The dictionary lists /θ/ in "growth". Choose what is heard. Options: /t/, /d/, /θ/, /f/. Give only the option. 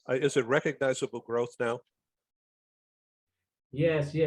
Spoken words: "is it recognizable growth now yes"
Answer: /θ/